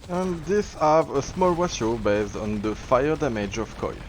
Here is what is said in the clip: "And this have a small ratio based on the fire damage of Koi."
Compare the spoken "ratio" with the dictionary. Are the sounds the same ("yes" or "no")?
no